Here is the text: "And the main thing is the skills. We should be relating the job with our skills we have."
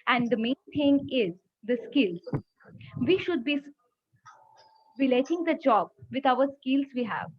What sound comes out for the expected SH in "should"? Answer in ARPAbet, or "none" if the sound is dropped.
SH